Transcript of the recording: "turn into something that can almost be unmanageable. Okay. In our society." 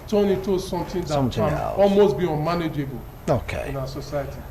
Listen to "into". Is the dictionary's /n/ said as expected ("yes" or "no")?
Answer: no